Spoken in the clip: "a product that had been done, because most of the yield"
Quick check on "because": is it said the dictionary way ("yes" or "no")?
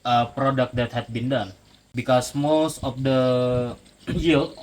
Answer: no